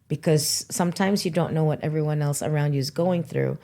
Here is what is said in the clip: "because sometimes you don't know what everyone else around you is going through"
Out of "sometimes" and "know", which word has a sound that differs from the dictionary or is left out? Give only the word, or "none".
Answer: none